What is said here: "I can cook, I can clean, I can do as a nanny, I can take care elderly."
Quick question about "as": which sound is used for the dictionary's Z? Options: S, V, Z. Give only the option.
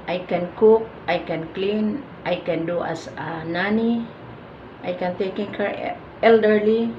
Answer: S